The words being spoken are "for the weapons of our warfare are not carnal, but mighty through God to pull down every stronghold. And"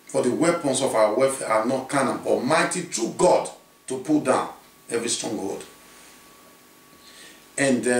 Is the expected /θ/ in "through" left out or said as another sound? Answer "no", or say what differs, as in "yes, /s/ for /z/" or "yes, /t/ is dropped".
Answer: yes, /t/ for /θ/